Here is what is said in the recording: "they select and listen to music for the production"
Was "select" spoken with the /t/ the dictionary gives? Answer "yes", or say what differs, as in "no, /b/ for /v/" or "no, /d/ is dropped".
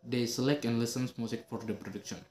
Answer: yes